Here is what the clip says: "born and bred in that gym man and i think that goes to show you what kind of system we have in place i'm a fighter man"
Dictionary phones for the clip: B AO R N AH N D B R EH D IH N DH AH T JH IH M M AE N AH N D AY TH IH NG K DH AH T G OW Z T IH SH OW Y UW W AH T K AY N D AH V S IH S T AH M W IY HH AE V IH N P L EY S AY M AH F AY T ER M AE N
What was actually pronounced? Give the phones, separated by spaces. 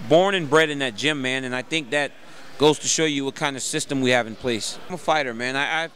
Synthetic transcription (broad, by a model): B AO R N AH N B R EH D IH N DH AH T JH IH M M AE N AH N AY TH IH NG K DH AH T G OW Z T IH SH OW Y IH W AH T K AY N D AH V S IH S T AH M W IY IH V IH N P L EY S M AH F AY T ER M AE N